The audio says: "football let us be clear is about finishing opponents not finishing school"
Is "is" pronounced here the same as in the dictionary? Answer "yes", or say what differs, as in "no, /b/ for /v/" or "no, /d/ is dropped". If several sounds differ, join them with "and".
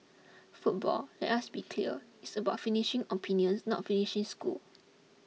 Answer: no, /s/ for /z/